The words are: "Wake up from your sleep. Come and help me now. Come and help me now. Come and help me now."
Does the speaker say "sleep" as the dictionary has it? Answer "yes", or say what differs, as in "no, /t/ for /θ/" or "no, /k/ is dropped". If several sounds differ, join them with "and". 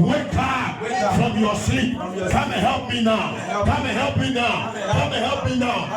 no, /l/ is dropped